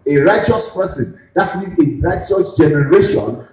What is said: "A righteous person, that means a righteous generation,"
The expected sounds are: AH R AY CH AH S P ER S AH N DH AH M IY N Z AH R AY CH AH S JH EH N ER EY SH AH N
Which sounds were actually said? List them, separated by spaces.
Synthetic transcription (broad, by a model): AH R AY CH AH S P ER S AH N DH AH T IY Z AH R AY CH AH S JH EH N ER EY SH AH N